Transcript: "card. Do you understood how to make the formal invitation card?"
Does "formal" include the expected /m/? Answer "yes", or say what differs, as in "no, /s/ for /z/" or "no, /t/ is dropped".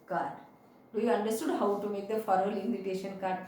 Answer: no, /m/ is dropped